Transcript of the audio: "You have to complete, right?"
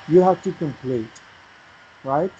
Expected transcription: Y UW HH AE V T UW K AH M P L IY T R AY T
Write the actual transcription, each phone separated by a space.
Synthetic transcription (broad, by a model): Y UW HH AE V T UW K AH M P L IY T R AY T